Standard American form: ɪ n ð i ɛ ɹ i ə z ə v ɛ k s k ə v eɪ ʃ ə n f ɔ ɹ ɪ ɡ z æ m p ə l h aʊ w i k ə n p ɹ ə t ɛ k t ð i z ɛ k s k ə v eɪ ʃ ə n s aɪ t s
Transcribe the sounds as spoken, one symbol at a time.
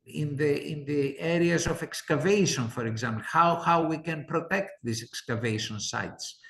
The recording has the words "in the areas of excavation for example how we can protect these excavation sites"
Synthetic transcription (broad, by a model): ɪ n ð i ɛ ɹ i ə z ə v ɛ k s k ə v eɪ ʃ ə n f ɔ ɹ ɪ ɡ z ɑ m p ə w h aʊ w i k ə n p ɹ ə t ɛ k t ð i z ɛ k s k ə v eɪ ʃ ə n s aɪ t s